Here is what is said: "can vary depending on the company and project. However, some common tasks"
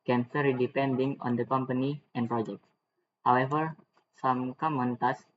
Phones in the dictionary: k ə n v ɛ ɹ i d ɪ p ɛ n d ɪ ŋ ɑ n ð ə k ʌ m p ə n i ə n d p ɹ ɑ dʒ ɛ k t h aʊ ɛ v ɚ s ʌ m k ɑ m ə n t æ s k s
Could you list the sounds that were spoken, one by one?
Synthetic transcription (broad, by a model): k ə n f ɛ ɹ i d ɪ p ɛ n d ɪ ŋ ɑ n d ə k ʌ m p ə n i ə n p ɹ ɑ dʒ ɛ k t h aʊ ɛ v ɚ s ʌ m k ɑ m ə n t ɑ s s